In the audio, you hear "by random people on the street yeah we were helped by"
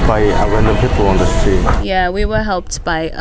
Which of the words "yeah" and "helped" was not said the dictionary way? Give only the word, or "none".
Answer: none